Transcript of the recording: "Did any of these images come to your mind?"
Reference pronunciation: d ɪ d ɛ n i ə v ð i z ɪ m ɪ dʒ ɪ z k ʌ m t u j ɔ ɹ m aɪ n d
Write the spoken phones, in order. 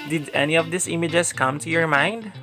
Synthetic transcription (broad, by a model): d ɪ d ɛ n i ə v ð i s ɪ m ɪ dʒ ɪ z k ʌ m t u j ɔ ɹ m aɪ n d